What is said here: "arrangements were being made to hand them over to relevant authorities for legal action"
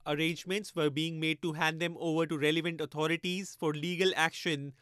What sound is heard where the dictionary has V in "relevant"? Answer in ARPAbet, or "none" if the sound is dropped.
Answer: V